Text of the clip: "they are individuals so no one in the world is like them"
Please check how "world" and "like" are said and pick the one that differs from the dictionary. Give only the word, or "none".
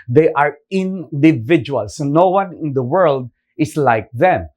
none